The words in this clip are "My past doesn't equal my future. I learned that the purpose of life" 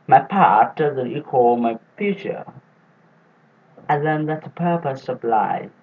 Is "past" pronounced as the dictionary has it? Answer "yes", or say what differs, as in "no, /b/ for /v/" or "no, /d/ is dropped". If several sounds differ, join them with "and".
no, /s/ is dropped